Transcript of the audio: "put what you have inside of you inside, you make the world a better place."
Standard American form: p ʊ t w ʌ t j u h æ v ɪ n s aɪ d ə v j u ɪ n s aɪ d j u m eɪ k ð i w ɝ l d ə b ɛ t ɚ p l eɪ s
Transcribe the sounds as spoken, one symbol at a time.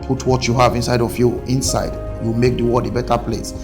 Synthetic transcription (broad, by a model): p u t w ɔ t j u h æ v ɪ n s aɪ d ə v j u ɪ n s aɪ d j u m eɪ k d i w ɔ d ə b ɛ t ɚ p l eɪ s